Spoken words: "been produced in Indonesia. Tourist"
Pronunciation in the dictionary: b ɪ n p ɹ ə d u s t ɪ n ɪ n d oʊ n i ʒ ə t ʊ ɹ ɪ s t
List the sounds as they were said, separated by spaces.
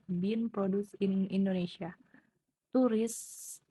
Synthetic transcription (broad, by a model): b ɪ n p ɹ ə d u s ɪ n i n d oʊ n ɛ s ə t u ɹ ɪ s